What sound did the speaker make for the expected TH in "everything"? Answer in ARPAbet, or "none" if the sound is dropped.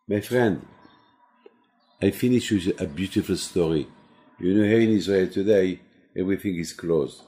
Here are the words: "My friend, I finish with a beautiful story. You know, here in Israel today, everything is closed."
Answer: TH